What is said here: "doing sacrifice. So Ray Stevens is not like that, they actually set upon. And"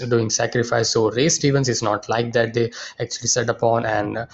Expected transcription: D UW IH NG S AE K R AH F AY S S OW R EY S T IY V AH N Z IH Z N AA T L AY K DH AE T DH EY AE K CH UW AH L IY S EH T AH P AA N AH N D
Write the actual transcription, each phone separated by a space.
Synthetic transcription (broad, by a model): D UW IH NG S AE K R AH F AY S S OW R EY S T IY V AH N S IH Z N AA T L AY K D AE T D EY AE K CH UW AH L IY S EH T AH P AA N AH N D